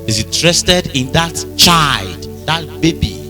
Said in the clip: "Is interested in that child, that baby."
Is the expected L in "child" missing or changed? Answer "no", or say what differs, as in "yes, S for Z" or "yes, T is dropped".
no